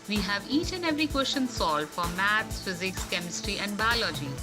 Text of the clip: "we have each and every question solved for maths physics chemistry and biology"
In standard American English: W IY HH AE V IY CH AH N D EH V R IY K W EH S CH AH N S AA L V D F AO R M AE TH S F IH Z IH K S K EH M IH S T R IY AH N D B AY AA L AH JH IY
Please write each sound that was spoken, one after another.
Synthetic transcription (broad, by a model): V IY HH AE V IY CH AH N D EH V R IY K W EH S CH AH N S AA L D F AO R M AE T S F IH Z IH K S K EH M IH S T R IY AH N D B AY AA L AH JH IY